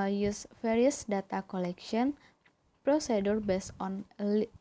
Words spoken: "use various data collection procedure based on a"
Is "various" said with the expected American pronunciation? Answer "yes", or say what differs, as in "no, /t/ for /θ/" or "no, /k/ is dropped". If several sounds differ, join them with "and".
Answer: no, /f/ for /v/